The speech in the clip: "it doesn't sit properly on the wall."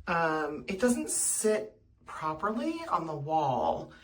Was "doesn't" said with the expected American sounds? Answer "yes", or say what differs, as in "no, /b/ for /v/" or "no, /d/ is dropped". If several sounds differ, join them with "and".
yes